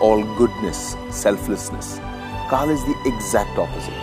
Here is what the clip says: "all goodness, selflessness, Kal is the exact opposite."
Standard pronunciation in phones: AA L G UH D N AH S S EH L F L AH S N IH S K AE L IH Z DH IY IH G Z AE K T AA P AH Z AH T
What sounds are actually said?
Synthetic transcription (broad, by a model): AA L G UH D N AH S S EH L F L AH S N IH S K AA L IH Z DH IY IH G Z AE K T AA P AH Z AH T